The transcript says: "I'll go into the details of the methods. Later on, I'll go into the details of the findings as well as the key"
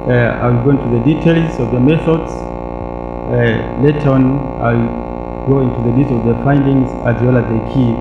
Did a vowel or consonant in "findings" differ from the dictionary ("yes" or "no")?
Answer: no